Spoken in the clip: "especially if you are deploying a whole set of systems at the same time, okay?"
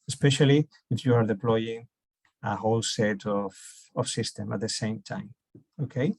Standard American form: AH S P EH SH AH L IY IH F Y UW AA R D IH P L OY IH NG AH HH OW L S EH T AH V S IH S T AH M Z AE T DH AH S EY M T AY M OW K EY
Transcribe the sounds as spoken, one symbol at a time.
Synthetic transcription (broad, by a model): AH S P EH SH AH L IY IH F Y UW AA R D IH P L OY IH NG AH HH OW L S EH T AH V S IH S T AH M AA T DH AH S EY M T AY M OW K EY